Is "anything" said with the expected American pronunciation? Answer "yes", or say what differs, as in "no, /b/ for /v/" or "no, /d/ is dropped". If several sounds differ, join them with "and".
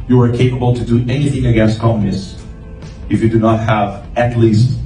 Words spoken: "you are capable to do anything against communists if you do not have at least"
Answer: yes